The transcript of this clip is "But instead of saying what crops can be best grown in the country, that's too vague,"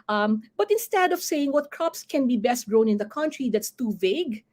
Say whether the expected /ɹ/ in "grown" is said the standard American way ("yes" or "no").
yes